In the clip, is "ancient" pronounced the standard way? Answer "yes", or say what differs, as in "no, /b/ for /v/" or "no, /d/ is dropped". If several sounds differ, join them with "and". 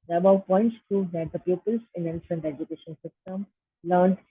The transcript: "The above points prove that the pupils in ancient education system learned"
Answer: no, /s/ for /ʃ/